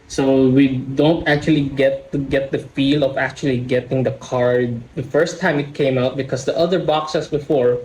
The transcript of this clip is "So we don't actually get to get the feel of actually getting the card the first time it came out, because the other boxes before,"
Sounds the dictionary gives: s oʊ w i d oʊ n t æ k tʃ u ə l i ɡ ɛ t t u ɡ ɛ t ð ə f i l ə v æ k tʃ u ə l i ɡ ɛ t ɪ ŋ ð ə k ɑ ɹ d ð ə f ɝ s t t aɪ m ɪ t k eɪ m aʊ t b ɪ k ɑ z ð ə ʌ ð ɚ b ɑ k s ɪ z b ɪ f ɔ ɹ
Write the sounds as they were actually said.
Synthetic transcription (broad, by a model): s oʊ w i d oʊ n t æ k tʃ u ə l i ɡ ɛ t t u ɡ ɛ t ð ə f i l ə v æ k tʃ u ə l i ɡ ɛ t ɪ ŋ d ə k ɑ ɹ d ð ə f ɝ s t t aɪ m ɪ t k eɪ m aʊ t b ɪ k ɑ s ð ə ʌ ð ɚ b ɑ k s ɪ s b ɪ f ɔ ɹ